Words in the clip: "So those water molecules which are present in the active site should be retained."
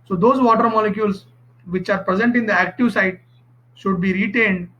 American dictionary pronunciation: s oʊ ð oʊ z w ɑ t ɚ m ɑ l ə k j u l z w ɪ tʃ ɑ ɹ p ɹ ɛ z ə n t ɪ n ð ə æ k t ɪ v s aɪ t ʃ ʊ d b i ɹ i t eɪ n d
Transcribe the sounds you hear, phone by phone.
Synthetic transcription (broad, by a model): s oʊ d oʊ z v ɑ t ɚ m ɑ l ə k j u l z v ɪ tʃ ɑ ɹ p ɹ ɛ z ə n t ɪ n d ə æ k t ɪ v s aɪ t ʃ ʊ d b i ɹ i t eɪ n d